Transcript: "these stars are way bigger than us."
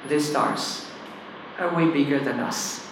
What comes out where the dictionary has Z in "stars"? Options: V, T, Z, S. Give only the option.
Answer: S